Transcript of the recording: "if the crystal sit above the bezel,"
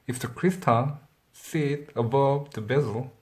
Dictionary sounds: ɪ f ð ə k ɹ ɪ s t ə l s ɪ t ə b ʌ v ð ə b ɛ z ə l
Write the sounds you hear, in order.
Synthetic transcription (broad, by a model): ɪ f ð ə k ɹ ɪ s t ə n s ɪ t ə b ʌ v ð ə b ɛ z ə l